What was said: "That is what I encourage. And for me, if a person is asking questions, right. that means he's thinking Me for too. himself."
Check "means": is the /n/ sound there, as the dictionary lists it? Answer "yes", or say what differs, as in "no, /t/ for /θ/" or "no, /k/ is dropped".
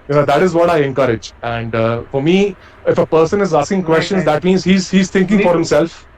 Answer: no, /n/ is dropped